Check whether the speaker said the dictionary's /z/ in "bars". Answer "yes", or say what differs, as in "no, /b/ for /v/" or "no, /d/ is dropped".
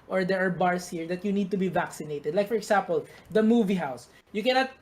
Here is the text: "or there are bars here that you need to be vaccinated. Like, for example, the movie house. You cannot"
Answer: no, /s/ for /z/